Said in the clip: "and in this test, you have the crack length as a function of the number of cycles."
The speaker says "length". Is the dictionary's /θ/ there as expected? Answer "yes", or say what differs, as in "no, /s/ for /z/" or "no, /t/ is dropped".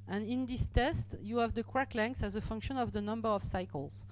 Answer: no, /s/ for /θ/